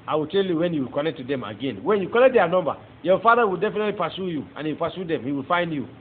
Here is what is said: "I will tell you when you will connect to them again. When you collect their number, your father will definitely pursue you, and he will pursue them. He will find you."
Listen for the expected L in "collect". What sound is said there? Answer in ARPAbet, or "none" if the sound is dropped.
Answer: N